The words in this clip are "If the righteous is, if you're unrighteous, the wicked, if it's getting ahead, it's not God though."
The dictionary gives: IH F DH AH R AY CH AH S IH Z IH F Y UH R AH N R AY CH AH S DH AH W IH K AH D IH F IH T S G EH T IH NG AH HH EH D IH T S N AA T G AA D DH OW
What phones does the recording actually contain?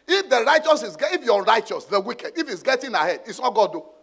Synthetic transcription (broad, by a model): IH F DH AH R AY CH AH S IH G IH F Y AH R AY CH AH S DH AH W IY K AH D IH F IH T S G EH T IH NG AH HH EH D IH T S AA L G AA D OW